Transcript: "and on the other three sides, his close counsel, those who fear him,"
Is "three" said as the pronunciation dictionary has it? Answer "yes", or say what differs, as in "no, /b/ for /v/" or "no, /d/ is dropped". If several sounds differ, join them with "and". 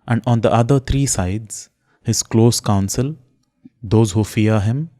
no, /t/ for /θ/